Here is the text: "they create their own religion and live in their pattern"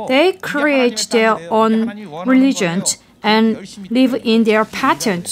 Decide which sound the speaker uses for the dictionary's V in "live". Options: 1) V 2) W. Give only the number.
1